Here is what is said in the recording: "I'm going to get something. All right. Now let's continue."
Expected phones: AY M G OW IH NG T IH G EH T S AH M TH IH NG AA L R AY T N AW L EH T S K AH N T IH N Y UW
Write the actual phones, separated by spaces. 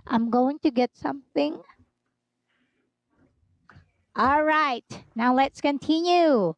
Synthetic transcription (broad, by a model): AY M G OW IH NG T IH G EH T S AH M TH IH NG AA L R AY T N AW L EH T S K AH N T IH N Y UW